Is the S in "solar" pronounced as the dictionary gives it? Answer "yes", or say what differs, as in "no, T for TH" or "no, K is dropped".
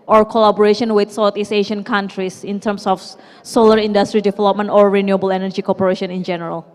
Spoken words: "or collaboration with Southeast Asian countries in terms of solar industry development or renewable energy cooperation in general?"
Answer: yes